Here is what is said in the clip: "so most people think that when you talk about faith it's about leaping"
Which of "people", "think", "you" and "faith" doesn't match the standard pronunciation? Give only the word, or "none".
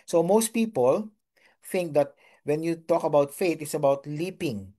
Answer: faith